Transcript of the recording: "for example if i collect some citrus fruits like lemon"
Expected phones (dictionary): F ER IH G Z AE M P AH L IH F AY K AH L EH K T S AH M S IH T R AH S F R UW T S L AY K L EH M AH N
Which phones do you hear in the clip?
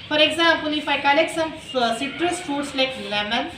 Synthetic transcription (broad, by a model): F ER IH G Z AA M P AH N IH F AY K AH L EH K S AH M S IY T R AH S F UW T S L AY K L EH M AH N